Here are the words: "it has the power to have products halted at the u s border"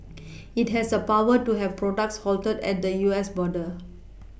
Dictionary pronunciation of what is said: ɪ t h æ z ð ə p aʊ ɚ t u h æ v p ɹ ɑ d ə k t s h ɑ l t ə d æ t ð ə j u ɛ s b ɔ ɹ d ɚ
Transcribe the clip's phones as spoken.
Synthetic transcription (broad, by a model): ɪ t h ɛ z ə p aʊ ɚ t u h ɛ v p ɹ ɑ d ə k t s h ɑ l t ə d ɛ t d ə j u ɛ s b ɔ d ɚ